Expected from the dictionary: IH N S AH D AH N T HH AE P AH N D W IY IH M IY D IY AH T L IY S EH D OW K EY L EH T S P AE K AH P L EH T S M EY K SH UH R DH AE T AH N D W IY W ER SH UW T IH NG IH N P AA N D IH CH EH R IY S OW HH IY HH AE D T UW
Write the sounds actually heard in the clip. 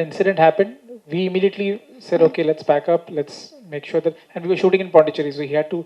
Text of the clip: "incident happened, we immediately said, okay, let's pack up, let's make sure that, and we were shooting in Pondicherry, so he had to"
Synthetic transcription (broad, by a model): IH N S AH D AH N T HH AE P AH N D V IY IH M IY D IY AH T L IY S EH D OW K EY L EH T S B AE K AH P L EH T S M EY K SH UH R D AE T AH N D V IY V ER SH UW T IH NG IH N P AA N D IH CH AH R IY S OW HH IY HH AE D T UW